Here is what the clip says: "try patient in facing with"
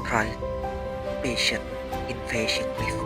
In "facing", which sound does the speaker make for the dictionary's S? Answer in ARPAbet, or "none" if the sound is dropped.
SH